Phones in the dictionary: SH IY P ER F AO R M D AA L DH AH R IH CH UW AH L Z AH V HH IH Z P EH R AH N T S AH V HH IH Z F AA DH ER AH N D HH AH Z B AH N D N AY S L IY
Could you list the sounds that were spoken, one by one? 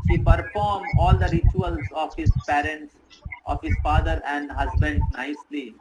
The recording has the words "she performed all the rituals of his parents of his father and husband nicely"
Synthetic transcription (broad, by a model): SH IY P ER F AO R M AA L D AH R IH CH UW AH L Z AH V HH IH Z P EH R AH N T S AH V HH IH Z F AA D ER AH N D HH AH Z B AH N D N AY S L IY